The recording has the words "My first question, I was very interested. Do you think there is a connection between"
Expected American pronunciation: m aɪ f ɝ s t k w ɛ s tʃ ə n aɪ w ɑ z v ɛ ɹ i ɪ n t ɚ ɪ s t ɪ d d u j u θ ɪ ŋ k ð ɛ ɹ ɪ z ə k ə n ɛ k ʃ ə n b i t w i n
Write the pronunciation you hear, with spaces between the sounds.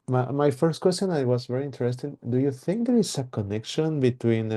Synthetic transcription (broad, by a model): m aɪ f ɝ s t k w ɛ s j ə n aɪ w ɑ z v ɛ ɹ i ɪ n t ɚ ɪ s t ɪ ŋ d u j u θ ɪ ŋ k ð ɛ ɹ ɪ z ə k ə n ɛ k ʃ ə n b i t w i n